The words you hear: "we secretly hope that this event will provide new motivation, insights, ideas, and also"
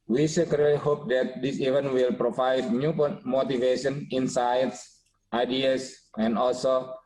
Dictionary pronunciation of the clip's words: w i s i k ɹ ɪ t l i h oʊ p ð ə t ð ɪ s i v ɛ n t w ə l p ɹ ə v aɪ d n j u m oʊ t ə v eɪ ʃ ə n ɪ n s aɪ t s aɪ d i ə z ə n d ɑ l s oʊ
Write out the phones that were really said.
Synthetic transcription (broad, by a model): w i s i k ɪ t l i h oʊ p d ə t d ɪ s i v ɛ n w ə l p ɹ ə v aɪ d n j u m oʊ t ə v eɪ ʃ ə n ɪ n s aɪ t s aɪ d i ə s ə n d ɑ l s oʊ